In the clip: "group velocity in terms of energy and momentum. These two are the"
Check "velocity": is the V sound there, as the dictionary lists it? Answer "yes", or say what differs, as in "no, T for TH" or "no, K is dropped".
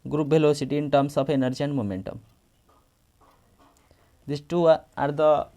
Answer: no, B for V